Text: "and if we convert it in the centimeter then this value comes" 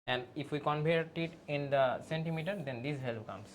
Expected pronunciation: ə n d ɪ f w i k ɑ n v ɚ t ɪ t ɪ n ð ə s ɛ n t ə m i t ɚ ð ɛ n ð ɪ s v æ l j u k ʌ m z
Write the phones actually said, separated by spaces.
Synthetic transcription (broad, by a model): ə n d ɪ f w i k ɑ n p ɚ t ɪ t ɪ n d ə s ɛ n t ə m i t ɚ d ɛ n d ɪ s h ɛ l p k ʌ m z